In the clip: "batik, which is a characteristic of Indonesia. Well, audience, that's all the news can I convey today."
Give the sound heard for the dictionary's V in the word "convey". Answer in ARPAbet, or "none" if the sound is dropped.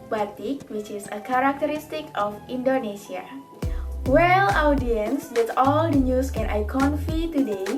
F